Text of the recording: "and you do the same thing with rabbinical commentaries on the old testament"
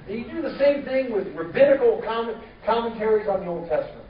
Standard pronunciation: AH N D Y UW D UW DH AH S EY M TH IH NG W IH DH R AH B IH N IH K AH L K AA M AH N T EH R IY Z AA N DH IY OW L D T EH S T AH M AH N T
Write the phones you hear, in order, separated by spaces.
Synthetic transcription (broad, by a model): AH D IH DH AH S EY M TH IH NG W IH DH R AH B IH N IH K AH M K AA M AH N T EH R IY Z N DH IY OW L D T EH S T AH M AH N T